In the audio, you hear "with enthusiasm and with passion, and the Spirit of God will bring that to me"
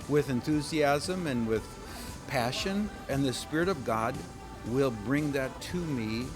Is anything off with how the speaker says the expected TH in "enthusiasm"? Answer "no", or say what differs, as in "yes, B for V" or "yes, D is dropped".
no